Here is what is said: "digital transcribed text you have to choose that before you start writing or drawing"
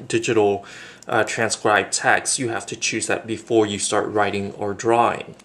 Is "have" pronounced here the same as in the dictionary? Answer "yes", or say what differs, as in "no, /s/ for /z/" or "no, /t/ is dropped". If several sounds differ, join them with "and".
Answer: no, /f/ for /v/